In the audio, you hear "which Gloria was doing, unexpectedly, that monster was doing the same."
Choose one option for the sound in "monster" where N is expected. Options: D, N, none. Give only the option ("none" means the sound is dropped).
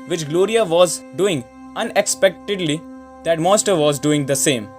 none